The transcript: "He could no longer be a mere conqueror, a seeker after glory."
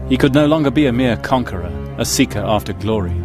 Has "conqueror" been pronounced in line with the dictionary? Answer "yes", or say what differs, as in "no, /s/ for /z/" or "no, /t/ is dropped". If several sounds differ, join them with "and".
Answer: yes